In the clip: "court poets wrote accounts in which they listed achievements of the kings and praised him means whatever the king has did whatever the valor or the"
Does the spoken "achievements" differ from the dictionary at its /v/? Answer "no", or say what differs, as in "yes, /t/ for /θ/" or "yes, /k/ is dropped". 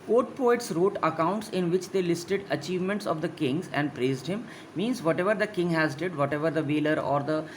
no